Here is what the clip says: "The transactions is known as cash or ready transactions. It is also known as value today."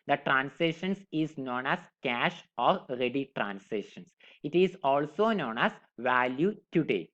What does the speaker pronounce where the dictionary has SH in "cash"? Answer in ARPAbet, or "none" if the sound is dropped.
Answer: SH